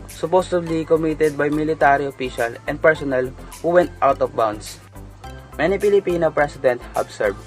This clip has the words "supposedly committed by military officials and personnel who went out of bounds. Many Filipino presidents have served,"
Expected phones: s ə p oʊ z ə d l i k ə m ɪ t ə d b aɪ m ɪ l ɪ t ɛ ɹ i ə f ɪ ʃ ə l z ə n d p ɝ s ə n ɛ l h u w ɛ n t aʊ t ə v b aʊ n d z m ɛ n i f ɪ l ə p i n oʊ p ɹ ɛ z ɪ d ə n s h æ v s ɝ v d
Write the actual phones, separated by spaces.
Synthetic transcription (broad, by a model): s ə p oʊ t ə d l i k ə m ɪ t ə d b aɪ m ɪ l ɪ t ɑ ɹ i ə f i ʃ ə l ə n d p ɝ s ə n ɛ l h u w ɛ n t aʊ t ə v b aʊ n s m ɛ n i p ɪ l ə p i n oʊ p ɹ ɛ s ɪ d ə n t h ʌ b s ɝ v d